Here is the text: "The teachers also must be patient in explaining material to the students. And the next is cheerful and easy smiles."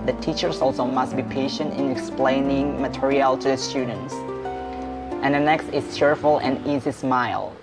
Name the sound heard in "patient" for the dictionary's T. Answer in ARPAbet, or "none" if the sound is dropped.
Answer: T